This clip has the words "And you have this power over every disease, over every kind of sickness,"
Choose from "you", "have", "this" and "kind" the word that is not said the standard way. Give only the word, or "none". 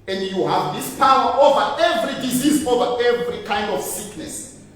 none